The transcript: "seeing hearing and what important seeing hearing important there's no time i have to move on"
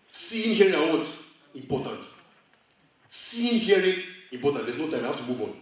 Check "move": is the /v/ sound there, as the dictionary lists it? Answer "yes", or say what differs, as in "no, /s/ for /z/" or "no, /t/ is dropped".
yes